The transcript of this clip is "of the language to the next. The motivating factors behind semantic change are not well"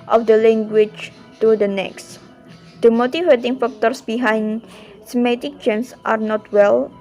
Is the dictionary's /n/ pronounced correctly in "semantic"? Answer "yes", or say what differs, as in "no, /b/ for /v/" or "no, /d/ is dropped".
no, /n/ is dropped